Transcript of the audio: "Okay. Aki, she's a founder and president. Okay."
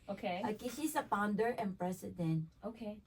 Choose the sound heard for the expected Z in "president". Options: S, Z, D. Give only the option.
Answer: S